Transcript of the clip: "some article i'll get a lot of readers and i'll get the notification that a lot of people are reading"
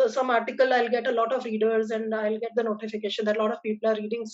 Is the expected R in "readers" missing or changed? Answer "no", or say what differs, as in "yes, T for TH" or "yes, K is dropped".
no